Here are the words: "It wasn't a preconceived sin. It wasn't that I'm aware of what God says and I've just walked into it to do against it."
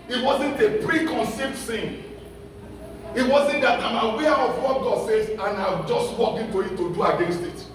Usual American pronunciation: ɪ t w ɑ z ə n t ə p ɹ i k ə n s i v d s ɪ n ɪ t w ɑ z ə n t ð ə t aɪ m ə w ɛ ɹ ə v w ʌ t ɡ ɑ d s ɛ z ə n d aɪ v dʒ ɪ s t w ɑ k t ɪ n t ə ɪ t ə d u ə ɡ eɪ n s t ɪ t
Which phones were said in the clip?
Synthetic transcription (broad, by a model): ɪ t w ɑ z ə n t ə p ɹ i k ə n s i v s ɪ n ɪ t w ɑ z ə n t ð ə t aɪ m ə w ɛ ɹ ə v w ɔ t ɡ ɑ d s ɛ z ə n aɪ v dʒ ɪ s t w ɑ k ɪ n t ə ɪ t ə d u ə ɡ eɪ n s t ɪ t